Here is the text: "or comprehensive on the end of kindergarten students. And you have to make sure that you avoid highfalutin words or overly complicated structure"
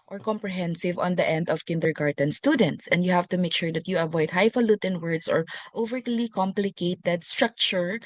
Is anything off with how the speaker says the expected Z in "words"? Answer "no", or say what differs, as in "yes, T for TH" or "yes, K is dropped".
yes, S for Z